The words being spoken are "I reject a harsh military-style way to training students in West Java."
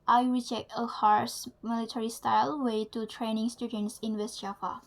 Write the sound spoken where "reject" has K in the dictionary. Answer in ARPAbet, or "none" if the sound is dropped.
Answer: K